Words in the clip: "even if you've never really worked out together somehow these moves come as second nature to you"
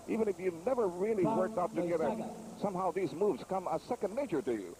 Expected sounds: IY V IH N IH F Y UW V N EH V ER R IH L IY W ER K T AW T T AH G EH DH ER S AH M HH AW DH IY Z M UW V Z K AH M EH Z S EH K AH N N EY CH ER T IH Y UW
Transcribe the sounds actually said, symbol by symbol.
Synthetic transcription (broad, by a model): IY V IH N IH F Y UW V N EH V ER R IH L IY W ER K T AW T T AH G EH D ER S AH M HH AW DH IY Z M UW V Z K AH M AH S EH K AH N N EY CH ER T IH Y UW